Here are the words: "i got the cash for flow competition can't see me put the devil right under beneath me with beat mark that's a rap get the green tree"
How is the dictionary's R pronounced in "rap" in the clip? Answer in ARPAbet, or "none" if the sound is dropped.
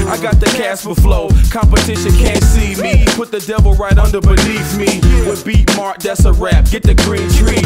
R